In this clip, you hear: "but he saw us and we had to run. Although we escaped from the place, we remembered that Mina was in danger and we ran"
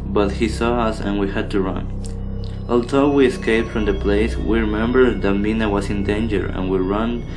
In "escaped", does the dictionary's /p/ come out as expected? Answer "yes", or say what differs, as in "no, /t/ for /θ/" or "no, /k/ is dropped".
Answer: yes